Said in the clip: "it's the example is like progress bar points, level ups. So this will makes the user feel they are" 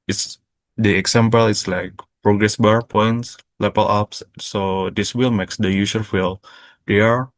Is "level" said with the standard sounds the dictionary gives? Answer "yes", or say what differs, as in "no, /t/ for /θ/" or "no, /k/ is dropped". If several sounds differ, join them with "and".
no, /p/ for /v/